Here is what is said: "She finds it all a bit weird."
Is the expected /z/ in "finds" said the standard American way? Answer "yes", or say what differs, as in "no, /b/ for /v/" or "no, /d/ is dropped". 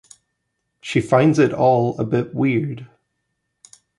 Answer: yes